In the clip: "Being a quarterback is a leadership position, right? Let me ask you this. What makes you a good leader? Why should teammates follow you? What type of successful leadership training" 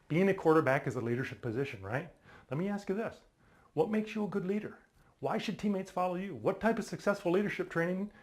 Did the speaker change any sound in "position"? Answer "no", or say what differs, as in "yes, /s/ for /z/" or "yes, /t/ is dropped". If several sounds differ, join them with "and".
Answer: no